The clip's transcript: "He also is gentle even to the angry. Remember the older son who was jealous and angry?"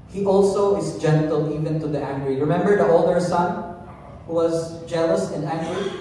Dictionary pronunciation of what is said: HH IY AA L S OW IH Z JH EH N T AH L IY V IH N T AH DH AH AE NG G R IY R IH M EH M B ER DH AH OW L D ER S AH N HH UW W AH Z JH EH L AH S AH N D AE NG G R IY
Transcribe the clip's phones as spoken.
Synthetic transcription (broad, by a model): HH IY AA L S OW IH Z JH EH N T AH L IY V IH N T AH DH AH AE NG G R IY R IH M EH M B ER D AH OW L D ER S AH N HH UW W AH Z JH EH L AH S AH N D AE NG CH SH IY